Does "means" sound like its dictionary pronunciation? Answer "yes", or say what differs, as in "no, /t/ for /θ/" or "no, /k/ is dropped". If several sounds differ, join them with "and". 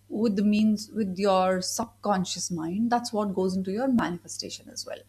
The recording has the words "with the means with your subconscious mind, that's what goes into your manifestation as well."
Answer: yes